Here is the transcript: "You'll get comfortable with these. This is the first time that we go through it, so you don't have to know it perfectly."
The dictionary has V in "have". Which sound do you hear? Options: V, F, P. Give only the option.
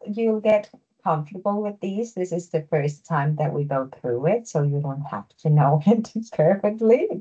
F